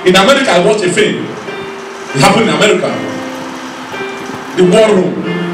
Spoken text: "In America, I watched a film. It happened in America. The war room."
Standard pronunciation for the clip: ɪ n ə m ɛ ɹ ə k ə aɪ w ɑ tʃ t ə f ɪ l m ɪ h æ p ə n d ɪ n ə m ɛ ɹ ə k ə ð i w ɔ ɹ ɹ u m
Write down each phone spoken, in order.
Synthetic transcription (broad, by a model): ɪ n ə m ɛ ɹ ə k ə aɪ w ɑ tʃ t ə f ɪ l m ɪ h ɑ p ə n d ɪ n ə m ɛ ɹ ə k ə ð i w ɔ l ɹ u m